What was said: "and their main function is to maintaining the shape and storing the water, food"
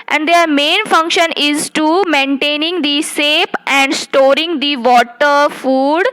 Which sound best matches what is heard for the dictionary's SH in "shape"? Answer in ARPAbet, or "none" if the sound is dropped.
S